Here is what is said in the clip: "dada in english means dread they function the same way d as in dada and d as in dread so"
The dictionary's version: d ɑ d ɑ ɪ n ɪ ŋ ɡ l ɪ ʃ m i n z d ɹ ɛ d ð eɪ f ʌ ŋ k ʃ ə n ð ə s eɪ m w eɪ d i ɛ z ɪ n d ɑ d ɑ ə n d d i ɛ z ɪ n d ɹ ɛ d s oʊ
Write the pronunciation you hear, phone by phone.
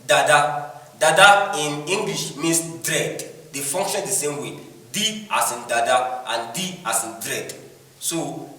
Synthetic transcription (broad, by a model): d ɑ d ɑ ɪ n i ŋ ɡ l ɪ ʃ m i n s d ɹ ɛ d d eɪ f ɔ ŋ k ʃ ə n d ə s eɪ m w eɪ d i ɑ s ɪ n d ɑ d ɑ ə n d d i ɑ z ɪ n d ɹ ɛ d s oʊ